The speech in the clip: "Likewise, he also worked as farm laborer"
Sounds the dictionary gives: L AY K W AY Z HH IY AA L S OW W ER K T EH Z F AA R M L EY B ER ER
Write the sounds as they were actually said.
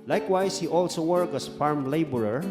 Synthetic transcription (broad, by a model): L AY K W AY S HH IY AA L S OW W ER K EH S F AA R M L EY B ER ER